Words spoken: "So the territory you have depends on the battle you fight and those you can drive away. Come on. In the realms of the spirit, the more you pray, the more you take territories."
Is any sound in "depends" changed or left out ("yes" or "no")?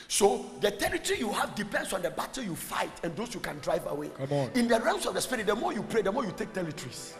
yes